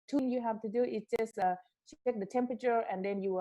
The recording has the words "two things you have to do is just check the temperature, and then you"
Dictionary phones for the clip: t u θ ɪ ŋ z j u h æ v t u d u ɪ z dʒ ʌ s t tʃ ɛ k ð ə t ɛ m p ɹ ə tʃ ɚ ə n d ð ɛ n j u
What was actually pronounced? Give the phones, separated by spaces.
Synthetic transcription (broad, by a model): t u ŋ j u h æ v t u d u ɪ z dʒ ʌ s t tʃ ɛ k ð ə t ɛ m p ɹ ə tʃ ɚ ə n d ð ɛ n j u